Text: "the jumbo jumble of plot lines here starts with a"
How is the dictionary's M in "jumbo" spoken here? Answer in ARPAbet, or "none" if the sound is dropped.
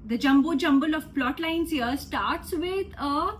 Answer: M